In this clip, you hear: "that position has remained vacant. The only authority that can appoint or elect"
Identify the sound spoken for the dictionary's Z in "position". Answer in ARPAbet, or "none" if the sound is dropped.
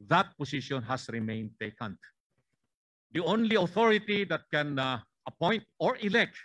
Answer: S